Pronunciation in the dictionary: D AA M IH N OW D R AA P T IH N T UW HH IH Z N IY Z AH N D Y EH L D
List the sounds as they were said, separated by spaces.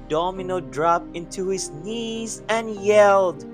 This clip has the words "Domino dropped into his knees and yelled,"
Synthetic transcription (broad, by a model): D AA M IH N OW D R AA P IH N T UW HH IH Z N IY Z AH N Y EH L D